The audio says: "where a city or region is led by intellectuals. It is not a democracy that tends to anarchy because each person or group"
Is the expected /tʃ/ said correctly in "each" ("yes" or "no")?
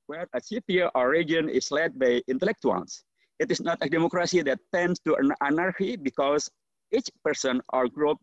yes